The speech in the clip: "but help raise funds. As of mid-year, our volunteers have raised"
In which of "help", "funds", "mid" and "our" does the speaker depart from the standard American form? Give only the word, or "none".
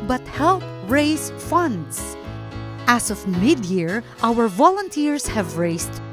funds